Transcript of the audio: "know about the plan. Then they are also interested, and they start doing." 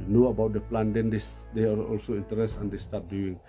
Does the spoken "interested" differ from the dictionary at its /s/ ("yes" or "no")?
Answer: yes